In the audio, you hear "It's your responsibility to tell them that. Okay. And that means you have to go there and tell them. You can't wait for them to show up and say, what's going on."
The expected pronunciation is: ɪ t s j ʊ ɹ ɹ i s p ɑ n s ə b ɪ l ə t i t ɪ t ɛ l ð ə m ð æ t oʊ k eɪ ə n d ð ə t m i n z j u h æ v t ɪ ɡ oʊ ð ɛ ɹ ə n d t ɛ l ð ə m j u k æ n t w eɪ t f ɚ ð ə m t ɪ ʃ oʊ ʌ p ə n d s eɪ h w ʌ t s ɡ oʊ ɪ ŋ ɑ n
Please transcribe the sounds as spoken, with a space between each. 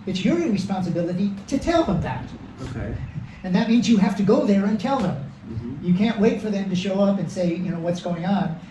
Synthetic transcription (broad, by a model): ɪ t s j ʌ ɹ ɹ i s p ɑ n s ə b ɪ l ə t i t ɪ t ɛ l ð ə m ð æ t oʊ k eɪ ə n ð ə t m i n z j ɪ h æ f t ɪ ɡ oʊ ð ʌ ɹ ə n t ɛ l ð ə m j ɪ k æ n t w eɪ t f ɚ ð ə m t ɪ ʃ oʊ ʌ p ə n s eɪ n w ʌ t s ɡ oʊ ɪ ŋ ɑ n